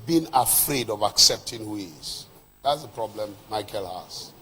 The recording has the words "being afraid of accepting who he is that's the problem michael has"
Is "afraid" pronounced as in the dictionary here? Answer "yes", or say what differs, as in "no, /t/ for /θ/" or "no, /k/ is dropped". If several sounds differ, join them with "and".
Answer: yes